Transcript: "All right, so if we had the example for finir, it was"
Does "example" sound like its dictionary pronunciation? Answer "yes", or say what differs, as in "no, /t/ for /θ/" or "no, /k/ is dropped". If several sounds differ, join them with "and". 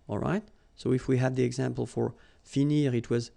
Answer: yes